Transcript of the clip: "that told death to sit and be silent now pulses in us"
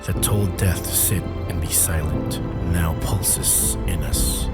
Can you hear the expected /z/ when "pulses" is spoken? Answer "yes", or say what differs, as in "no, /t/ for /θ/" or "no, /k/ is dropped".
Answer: no, /s/ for /z/